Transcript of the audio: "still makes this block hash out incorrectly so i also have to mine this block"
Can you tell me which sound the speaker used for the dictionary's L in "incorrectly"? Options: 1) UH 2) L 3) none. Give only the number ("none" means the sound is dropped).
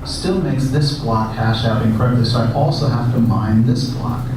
3